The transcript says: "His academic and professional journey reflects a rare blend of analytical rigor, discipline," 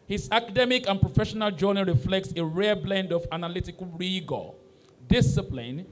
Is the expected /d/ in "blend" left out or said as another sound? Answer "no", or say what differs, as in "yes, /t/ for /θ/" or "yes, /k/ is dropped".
no